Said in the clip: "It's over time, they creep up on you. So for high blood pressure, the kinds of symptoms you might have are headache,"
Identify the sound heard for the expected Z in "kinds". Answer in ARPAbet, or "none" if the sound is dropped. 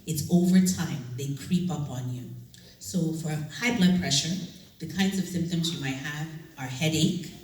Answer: Z